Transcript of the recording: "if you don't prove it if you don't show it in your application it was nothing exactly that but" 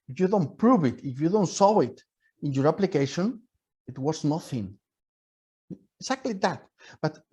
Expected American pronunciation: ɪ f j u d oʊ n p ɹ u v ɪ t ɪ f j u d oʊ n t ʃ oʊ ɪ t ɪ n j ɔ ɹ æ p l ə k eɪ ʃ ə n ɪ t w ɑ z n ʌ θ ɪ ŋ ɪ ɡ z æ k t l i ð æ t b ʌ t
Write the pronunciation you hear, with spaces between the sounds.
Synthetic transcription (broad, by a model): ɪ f j u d oʊ n p ɹ u v ɪ t ɪ f j u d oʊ n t s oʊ ɪ t ɪ n j ɔ ɹ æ p l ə k eɪ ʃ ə n ɪ t w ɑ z n ʌ θ ɪ ŋ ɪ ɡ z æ k t l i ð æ t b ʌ t